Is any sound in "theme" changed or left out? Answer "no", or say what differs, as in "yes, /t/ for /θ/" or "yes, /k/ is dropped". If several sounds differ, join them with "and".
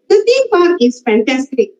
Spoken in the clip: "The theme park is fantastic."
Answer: yes, /s/ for /θ/